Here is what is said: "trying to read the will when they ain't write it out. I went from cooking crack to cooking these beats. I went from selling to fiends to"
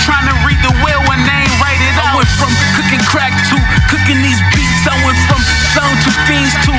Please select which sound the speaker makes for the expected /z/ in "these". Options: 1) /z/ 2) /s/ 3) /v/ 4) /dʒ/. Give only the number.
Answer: 1